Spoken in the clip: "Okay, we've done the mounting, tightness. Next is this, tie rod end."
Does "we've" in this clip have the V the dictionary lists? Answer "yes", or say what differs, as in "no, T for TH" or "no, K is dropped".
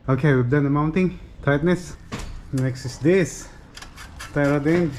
no, B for V